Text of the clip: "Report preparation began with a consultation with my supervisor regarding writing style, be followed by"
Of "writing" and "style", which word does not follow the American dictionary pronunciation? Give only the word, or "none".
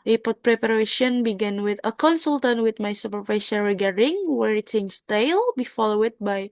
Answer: writing